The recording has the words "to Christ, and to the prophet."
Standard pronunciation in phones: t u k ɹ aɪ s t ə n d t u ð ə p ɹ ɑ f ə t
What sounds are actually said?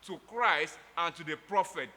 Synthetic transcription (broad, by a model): t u k ɹ aɪ s t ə n t u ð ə p ɹ ɑ f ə t